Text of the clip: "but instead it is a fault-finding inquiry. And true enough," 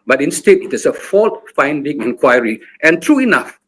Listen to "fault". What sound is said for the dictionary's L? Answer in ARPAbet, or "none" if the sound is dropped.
L